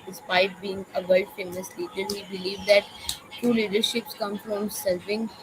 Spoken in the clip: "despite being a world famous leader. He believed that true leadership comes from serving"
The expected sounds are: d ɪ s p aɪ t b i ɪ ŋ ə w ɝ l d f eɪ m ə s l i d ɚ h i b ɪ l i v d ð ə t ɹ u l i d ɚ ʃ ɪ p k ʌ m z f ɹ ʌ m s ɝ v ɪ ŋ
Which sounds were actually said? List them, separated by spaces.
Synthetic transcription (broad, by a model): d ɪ s p aɪ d b i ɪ ŋ ə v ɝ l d f eɪ m ə s l i d ɚ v i b ɪ l i v d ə t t u l i d ɚ ʃ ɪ p k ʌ m f ɹ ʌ m s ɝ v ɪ ŋ